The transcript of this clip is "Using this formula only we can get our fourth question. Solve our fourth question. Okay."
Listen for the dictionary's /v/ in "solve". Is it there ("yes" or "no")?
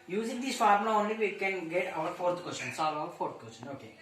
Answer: no